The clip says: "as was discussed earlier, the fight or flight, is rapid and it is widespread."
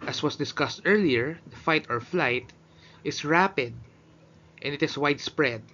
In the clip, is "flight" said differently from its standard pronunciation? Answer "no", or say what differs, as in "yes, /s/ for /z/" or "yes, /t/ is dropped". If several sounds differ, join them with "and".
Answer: no